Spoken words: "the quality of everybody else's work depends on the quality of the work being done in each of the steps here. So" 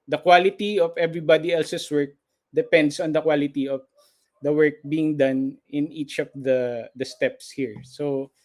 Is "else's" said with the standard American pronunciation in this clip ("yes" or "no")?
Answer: no